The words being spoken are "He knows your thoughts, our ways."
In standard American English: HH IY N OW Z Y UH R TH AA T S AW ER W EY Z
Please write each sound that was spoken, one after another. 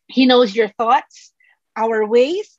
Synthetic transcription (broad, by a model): HH IY N OW Z Y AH R TH AA T S AW ER W EY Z